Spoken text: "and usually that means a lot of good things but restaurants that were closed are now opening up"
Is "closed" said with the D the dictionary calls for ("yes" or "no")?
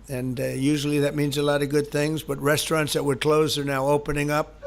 no